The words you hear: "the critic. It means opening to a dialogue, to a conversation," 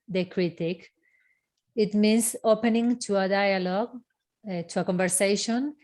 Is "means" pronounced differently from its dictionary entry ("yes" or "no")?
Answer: yes